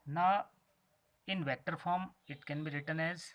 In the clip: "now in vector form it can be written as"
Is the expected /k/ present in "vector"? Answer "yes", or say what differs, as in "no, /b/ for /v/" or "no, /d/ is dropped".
no, /k/ is dropped